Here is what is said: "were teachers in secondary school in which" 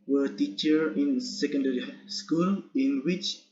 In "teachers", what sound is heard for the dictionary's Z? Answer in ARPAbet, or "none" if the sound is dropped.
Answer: none